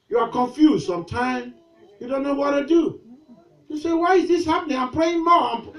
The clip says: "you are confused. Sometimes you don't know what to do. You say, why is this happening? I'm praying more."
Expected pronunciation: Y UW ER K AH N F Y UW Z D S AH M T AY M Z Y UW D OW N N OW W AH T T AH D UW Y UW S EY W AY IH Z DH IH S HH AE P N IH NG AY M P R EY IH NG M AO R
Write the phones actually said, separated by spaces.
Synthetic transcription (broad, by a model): Y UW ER K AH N F Y UW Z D S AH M T AY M Y UW D OW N N OW W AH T T AH D UW Y UW S EY W AY IH Z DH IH S HH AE P N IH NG AY M P R EY IH NG M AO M